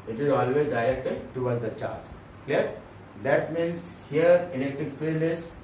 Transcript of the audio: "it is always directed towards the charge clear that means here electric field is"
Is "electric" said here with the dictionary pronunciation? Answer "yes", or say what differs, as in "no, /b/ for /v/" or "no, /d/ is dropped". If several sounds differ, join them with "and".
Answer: no, /n/ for /l/ and /ɹ/ is dropped